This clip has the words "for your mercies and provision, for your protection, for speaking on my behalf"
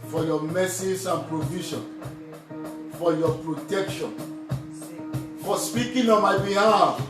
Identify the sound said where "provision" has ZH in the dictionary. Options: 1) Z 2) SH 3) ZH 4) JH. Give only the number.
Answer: 2